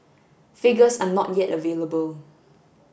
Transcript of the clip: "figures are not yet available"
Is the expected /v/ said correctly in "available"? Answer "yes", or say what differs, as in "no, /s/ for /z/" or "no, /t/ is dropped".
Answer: yes